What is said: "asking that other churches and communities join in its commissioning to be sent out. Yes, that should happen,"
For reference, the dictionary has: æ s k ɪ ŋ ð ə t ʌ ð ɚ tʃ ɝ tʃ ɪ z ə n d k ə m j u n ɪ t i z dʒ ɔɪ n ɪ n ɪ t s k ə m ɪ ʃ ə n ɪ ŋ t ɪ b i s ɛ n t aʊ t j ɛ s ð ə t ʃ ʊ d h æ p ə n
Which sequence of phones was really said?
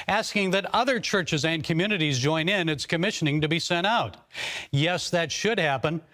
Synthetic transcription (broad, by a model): æ s k ɪ ŋ ð ə t ʌ ð ɚ tʃ ɝ tʃ ɪ z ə n k ə m j u n ɪ t i z dʒ ɔɪ n ɪ n ɪ t s k ə m ɪ ʃ ə n ɪ ŋ t ɪ b i s ɛ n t aʊ t j ɛ s ð ə t ʃ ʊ d h æ p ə n